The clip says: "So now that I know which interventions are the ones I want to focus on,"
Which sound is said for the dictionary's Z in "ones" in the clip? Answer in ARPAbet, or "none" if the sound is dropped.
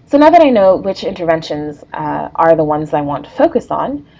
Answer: Z